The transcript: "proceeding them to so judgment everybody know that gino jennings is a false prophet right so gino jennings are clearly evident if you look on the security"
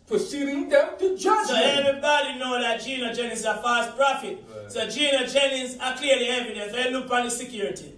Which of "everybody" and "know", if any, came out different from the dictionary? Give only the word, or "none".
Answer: everybody